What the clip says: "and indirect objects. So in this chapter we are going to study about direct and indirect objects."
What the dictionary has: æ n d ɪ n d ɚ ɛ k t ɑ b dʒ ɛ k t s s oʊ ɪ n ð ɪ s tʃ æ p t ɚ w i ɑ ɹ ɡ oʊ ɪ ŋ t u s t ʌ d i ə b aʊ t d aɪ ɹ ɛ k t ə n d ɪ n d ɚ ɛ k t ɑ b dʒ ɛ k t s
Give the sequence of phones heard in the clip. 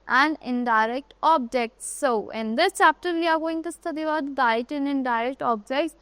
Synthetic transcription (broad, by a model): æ n d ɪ n d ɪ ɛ k t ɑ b dʒ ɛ k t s s oʊ ɪ n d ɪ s tʃ æ p t ɚ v i ɑ ɹ ɡ oʊ ɪ ŋ t u s t ʌ d i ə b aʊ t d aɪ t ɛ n ə n d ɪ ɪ d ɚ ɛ k t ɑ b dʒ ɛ k t s